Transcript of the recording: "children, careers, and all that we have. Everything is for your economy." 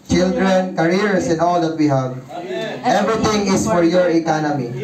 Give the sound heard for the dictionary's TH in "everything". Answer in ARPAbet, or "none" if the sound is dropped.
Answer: T